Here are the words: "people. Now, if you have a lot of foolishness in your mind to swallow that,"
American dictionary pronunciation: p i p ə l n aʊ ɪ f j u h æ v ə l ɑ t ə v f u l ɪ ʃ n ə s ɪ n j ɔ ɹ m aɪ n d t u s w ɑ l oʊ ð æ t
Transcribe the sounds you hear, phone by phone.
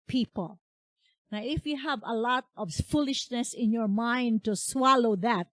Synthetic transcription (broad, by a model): p i p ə l n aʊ ɪ f j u h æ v ə l ɑ t ə v f u l ɪ ʃ n ə s ɪ n j ɔ ɹ m aɪ n d t u s w ɑ l oʊ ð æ t